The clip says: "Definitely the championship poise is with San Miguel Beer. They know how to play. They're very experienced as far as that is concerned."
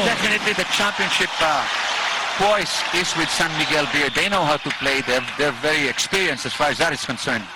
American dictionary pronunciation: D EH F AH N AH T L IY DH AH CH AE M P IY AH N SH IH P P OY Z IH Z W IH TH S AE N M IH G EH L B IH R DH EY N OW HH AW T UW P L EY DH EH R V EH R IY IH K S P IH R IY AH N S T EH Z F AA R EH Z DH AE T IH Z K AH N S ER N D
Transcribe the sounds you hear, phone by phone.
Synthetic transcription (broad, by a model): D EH F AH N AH T L IY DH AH CH AE M P IY AH N SH IH P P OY S IH Z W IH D S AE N M IH G EH L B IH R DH EY N OW HH AW T UW P L EY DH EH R V EH R IY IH K S P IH R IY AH N S EH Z F AA R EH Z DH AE T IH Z K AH N S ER N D